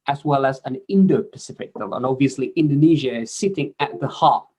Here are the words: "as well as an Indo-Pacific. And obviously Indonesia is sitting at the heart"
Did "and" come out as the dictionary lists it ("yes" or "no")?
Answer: no